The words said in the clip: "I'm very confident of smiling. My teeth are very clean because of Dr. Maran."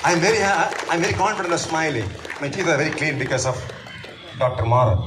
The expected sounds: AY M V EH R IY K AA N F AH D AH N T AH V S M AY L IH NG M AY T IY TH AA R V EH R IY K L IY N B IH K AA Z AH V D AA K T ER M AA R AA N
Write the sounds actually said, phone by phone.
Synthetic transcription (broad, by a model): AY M V EH R IY K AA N F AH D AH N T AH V S M AY L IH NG M AY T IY AA R V EH R IY K L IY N B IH K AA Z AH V D AA K T ER M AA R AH